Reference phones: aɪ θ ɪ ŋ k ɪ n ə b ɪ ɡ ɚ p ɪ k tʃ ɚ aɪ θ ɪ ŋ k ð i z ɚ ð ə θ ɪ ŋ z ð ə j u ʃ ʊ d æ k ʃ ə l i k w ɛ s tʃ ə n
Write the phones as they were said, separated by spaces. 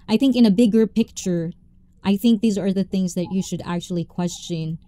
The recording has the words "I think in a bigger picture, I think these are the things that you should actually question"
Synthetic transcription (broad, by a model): aɪ θ ɪ ŋ k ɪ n ə b ɪ ɡ ɚ p ɪ k tʃ ɚ aɪ θ ɪ ŋ k ð i z ɚ ð ə θ ɪ ŋ z ð ə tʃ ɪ ʃ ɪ d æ k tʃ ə l i k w ɛ s tʃ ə n